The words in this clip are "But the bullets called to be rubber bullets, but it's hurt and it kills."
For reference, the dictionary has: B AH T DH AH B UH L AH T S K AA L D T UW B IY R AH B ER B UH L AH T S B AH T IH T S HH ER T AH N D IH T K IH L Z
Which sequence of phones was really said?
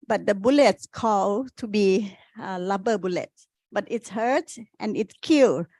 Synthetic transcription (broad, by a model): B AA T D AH B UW L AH T S K AA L T UW B IY L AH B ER B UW L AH T S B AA T IH T S HH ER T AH N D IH T K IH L